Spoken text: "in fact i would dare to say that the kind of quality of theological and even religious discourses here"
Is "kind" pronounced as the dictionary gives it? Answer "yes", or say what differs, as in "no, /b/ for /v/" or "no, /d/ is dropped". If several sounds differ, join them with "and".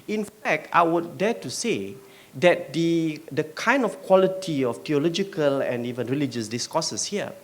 yes